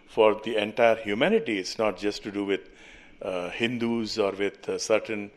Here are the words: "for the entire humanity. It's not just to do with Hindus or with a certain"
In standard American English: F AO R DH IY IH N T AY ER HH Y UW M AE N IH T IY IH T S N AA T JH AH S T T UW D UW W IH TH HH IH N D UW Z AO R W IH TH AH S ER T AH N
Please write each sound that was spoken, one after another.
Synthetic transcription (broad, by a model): F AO R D IY IH N T AY ER HH Y UW M AE N IH T IY IH T S N AA T JH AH S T T UW D UW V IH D HH IH N D UW Z AO R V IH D S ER T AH N